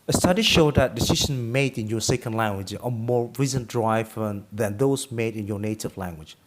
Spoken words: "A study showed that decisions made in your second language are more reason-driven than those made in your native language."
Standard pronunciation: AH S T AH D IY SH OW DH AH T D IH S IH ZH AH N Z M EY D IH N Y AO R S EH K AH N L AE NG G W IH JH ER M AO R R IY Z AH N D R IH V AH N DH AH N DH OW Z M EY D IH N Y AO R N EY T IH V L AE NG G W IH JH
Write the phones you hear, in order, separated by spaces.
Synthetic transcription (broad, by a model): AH S T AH D IY SH OW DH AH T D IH S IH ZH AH N M EY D IH N Y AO S EH K AH N L AE NG G W IH JH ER M AO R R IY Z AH N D R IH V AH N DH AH N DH OW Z M EY D IH N Y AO N EY T IH V L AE NG G W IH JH